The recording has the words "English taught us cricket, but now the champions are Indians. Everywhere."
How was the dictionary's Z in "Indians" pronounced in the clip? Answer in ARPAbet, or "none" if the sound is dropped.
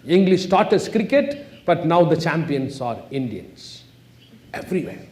S